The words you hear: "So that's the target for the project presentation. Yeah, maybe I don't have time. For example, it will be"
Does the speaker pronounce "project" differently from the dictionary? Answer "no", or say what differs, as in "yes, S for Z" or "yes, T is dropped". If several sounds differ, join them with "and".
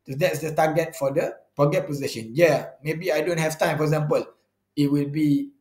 yes, R is dropped and K is dropped